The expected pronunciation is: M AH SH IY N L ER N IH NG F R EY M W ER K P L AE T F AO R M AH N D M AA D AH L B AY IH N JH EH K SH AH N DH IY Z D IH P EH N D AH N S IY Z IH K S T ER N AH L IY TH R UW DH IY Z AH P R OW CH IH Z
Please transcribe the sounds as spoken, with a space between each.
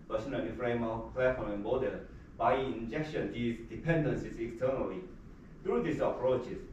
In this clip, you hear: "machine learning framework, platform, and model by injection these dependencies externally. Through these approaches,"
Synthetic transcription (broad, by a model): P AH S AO N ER L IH F R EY M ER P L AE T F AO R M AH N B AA D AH B AY IH N JH EH K SH AH N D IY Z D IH P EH N D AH N S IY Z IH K S T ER N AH L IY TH R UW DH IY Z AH P R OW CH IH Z